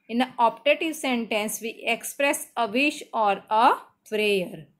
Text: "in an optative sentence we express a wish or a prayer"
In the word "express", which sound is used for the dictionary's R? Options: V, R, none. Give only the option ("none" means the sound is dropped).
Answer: R